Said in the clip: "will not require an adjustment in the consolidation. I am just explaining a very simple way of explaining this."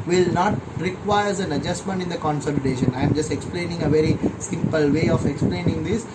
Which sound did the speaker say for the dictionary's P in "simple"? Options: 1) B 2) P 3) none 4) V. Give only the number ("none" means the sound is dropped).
2